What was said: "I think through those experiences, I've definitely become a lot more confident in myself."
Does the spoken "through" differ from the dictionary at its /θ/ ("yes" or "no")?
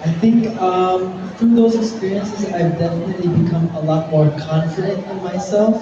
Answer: yes